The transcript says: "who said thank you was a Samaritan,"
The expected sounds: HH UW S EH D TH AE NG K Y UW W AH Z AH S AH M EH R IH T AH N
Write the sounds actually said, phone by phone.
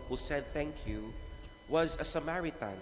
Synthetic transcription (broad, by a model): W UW S EH D TH AE NG K Y UW W AH Z AH S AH M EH R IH T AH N